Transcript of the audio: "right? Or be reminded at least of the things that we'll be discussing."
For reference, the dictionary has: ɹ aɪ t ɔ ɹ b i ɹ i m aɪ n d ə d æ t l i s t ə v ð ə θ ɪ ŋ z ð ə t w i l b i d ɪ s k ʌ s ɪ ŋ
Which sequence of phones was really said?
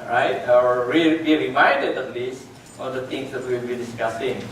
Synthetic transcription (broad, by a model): ɹ aɪ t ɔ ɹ b i ɹ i m aɪ n d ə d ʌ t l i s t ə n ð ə t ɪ ŋ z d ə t w i l b i d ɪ s k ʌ s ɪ ŋ